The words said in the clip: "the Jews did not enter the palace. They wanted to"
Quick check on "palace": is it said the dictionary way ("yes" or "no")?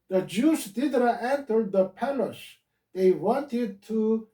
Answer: no